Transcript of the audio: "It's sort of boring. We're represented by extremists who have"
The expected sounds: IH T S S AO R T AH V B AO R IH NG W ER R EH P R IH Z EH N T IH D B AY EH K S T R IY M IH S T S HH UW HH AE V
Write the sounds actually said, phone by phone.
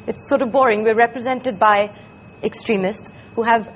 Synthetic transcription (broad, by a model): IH T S S AO R T AH V B AO R IH NG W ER R EH P R IH Z EH N T IH D B AY EH K S T R IY M IH S T S HH UW HH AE V